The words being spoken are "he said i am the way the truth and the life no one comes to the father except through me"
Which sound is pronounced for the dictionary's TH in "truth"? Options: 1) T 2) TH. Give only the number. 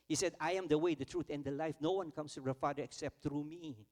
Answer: 1